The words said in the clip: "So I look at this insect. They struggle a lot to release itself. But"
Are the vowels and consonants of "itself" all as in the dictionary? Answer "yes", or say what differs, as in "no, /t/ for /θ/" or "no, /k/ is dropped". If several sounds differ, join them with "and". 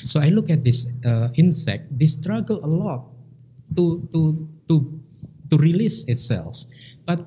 yes